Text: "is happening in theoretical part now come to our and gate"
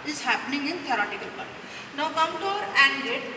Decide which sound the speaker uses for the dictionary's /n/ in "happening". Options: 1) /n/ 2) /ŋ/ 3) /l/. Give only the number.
1